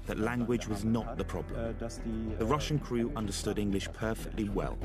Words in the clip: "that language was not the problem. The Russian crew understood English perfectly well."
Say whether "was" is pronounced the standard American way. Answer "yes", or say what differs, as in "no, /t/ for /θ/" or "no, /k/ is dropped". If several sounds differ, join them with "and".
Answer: yes